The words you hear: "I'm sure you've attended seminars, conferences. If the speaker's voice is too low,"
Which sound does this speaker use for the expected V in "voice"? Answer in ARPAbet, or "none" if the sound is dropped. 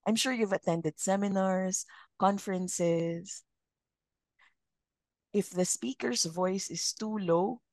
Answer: V